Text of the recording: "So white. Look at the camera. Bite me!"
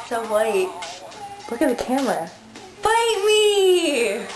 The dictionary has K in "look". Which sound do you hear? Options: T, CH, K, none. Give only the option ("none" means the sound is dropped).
K